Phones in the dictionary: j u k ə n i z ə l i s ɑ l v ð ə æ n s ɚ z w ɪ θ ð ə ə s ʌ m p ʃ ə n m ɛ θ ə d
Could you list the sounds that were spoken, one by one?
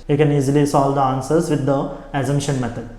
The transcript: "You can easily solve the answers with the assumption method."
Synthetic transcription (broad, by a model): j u k ə n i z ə l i s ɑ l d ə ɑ n s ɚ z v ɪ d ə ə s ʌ m ʃ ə n m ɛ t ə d